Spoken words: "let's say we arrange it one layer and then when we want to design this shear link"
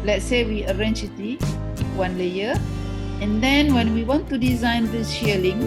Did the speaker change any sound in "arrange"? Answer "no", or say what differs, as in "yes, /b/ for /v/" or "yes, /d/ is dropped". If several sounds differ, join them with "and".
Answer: yes, /tʃ/ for /dʒ/